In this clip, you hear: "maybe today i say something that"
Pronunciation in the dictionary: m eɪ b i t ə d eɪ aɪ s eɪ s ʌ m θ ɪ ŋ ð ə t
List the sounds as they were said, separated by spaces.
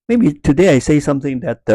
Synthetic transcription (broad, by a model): m eɪ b i t ə d eɪ aɪ s eɪ s ʌ m θ ɪ ŋ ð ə t